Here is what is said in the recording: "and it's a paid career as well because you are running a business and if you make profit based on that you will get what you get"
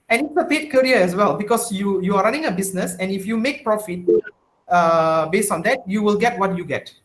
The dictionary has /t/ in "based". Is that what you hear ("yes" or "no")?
yes